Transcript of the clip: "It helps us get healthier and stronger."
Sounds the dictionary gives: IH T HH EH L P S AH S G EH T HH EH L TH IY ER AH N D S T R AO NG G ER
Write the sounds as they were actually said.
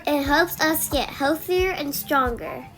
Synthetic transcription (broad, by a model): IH T HH EH L P S AH S G EH T HH EH L TH IY ER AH N S T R AO NG G ER